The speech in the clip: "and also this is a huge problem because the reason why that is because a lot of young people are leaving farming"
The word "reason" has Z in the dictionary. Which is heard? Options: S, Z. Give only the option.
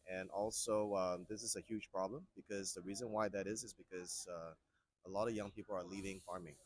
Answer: Z